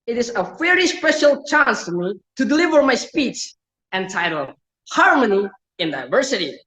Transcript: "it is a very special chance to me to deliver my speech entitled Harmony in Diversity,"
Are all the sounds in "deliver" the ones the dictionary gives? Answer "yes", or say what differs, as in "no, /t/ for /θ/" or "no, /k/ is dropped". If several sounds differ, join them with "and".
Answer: yes